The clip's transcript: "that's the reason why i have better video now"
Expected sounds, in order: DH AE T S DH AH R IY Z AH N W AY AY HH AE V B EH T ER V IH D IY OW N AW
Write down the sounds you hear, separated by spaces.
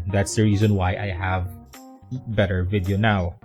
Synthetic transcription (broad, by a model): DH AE T S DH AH R IY Z AH N W AY AY HH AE V B EH T ER V IH D IY OW N AW